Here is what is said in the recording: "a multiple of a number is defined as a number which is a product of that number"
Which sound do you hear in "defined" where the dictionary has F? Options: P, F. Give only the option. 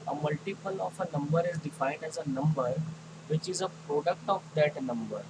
F